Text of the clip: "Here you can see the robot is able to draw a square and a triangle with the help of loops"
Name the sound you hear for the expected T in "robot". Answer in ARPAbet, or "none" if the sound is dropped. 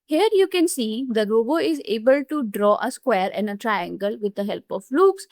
none